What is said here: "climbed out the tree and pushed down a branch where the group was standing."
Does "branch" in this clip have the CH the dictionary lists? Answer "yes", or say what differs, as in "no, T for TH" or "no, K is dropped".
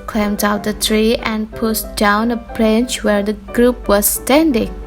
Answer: yes